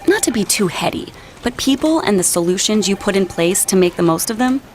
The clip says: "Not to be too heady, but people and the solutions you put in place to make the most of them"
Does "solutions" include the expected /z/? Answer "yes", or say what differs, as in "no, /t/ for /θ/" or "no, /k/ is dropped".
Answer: yes